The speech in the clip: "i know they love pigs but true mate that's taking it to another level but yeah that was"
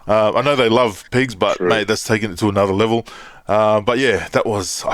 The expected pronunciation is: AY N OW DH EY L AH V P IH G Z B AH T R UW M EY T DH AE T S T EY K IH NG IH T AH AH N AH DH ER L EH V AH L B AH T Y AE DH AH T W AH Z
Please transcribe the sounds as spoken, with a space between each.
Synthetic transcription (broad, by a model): AY N OW DH EY L AH V P IH G Z B AH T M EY DH AE T S T EY K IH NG IH T AH AH N AH DH ER L EH V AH B AH T Y AE DH AH T W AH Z